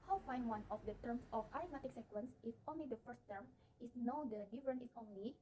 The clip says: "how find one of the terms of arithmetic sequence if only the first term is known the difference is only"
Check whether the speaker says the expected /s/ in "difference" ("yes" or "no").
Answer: no